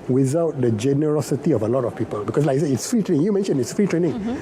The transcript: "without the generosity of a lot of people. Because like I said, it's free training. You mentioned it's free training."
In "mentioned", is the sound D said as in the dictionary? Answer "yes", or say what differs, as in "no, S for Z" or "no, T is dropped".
no, D is dropped